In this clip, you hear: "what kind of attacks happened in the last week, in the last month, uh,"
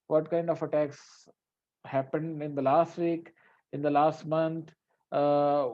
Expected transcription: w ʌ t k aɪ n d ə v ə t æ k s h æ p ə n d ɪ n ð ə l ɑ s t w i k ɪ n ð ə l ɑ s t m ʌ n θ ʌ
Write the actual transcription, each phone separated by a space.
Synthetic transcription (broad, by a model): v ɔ t k aɪ n d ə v ə t æ k s h æ p ə n d ɪ n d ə l ɑ s t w i k ɪ n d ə l ɑ s t m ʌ n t